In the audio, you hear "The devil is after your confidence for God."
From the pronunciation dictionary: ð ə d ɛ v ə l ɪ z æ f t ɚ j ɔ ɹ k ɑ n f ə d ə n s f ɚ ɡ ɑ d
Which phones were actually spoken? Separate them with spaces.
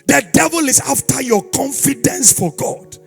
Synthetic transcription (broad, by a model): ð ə d ɛ v ə l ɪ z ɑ f t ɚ j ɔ k ɑ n f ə d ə n s f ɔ ɡ ɑ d